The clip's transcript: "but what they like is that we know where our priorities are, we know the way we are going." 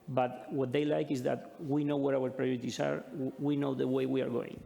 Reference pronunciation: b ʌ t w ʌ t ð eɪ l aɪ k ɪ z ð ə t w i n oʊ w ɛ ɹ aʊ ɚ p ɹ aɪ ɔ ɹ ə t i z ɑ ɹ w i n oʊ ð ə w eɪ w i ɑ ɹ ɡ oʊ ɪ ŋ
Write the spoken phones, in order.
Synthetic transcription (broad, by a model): b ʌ t w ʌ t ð eɪ l aɪ k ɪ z ð ə t w i n oʊ w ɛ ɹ aʊ ɚ p ɹ aɪ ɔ ɹ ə t i s ɑ ɹ w i n oʊ ð ə w eɪ w i ɑ ɹ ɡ oʊ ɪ ŋ